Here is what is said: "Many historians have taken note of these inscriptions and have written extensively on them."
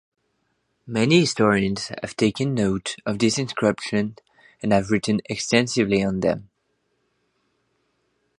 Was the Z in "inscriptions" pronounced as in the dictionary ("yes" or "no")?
no